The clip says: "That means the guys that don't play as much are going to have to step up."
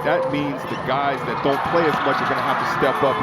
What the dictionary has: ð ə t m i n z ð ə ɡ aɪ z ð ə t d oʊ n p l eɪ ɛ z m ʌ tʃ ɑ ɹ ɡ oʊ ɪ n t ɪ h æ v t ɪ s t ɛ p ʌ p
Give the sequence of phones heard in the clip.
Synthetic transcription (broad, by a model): ð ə t m i n z ð ə ɡ aɪ z ð ə t d oʊ n p l eɪ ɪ z m ʌ tʃ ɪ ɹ ɡ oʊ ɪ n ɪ h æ f t ɪ s t ɛ p ʌ p